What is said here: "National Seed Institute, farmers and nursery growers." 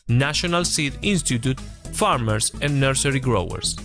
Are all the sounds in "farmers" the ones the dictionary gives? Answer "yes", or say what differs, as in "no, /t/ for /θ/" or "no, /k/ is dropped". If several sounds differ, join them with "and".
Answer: no, /s/ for /z/